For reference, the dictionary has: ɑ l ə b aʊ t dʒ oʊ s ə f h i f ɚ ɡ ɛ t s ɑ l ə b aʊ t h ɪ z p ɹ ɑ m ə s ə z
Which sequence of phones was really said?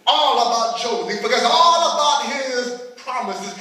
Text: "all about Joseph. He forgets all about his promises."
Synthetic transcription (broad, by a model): ɑ l ə b aʊ t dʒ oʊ ə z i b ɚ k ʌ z ɑ l ə b aʊ t h ɪ z p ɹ ɑ m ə s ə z